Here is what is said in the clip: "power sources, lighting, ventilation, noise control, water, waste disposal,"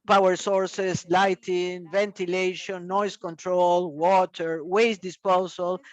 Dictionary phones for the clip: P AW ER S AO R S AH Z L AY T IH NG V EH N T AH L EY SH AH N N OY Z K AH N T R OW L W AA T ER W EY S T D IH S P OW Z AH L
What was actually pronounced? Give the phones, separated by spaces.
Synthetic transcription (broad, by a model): P AW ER S AO R S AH S L AY T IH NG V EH N T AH L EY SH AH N N OY S K AH N T R OW L W AA T ER W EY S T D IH S P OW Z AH L